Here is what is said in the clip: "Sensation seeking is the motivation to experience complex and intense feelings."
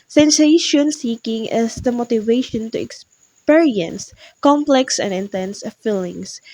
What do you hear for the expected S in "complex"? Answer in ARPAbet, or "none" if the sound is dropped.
S